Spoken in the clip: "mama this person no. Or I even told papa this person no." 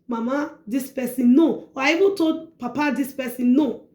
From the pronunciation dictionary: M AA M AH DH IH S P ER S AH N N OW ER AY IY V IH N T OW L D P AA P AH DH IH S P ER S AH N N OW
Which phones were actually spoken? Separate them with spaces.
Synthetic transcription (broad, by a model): M AA M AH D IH S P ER S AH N N OW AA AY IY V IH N T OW D P AA P AH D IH S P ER S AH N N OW